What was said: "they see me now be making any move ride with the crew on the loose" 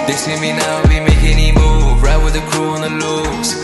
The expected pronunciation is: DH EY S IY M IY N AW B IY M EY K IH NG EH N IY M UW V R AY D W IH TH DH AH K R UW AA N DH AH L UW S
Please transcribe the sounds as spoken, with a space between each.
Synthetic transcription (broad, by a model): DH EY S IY M IY N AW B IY M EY IH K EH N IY M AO B R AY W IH DH AH K R UW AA N DH AH L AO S